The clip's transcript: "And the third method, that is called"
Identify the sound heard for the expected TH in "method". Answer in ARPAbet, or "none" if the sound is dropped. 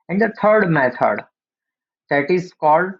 T